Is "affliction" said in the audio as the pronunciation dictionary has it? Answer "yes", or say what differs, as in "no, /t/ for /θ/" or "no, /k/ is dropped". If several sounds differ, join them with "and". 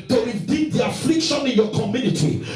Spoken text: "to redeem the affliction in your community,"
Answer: yes